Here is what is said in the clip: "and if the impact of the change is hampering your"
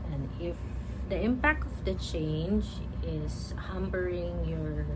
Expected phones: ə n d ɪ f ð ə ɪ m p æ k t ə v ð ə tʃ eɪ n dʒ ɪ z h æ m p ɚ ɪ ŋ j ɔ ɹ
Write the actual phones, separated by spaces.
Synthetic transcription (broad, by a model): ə n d ɪ f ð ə ɪ m p æ k t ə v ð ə tʃ eɪ n dʒ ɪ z h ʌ m b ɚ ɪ ŋ j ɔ ɹ